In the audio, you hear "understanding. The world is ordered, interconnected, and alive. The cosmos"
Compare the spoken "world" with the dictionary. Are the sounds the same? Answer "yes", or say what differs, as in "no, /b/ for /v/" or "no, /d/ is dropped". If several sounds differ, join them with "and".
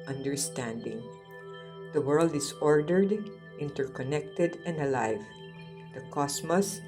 yes